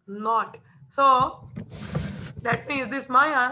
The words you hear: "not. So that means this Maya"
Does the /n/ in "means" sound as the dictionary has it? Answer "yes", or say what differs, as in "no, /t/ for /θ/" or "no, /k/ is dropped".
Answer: no, /n/ is dropped